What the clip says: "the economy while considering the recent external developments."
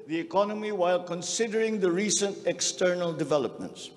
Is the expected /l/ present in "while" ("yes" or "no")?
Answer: yes